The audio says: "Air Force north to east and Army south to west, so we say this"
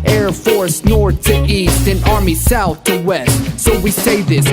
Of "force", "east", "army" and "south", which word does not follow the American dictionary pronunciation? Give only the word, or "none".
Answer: none